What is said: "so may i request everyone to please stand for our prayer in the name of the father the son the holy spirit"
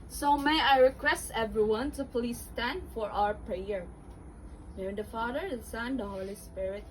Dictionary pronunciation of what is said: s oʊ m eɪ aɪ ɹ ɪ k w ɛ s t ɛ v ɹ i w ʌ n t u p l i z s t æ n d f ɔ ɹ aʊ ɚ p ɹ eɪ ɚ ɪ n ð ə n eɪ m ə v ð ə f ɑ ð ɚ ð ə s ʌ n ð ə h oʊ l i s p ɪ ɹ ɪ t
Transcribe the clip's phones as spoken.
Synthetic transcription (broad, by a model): s oʊ m eɪ aɪ ɹ ɪ k w ɛ s t ɛ v ɹ i w ʌ n t u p l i s t æ n d f ɔ ɹ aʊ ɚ p ɹ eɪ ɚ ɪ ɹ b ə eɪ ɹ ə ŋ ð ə f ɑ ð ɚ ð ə s ʌ n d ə h oʊ l i s p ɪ ɹ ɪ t